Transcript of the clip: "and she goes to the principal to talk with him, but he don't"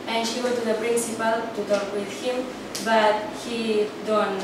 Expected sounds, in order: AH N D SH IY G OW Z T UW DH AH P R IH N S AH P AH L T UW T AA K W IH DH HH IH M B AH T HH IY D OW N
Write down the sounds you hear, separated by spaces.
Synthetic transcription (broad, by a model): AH N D SH IY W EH T UW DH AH P R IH N S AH P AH L T UW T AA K W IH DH HH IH M B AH T HH IY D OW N